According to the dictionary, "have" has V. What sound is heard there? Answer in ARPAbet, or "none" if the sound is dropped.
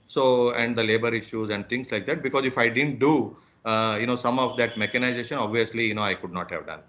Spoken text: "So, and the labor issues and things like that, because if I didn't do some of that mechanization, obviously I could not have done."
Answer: V